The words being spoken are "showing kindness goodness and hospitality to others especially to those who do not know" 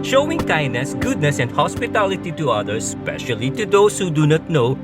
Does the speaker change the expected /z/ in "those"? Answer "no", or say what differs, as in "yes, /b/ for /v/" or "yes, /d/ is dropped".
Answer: yes, /s/ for /z/